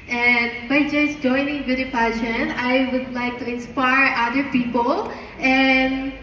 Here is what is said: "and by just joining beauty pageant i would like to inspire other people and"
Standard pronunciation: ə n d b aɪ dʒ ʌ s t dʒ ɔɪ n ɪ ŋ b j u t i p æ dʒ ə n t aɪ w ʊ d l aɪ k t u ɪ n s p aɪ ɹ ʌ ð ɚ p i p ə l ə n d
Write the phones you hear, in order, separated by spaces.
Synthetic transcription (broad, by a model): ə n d b aɪ dʒ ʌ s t dʒ ɔɪ n ɪ ŋ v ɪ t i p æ ʃ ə n aɪ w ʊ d l aɪ k t u ɪ n s p aɪ ɹ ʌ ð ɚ p i p ə l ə n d